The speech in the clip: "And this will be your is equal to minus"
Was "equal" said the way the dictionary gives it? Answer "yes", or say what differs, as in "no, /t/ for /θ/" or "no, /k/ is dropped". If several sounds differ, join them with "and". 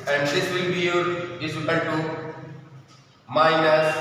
no, /n/ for /l/